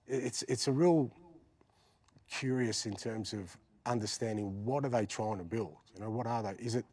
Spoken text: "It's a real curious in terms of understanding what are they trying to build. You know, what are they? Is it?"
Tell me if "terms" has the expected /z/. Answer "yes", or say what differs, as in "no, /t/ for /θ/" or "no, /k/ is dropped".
yes